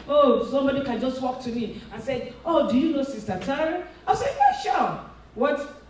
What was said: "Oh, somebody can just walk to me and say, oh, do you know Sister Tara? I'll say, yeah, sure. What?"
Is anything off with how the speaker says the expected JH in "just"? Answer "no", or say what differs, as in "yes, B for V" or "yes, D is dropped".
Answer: no